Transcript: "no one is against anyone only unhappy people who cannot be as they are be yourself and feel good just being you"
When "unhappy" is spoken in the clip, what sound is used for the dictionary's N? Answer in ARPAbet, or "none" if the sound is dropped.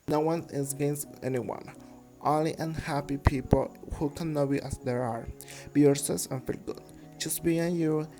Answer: N